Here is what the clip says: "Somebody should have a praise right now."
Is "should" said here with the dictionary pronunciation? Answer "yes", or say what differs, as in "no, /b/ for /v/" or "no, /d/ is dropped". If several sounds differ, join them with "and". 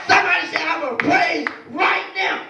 no, /s/ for /ʃ/